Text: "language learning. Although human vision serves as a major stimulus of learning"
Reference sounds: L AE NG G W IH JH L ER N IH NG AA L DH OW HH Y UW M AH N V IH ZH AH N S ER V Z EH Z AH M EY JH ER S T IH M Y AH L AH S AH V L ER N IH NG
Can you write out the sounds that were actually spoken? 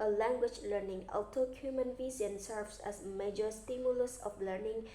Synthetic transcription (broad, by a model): L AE NG G W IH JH L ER N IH NG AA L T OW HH Y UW M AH N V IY Z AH N S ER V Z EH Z M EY JH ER S T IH M Y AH L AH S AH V L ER N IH NG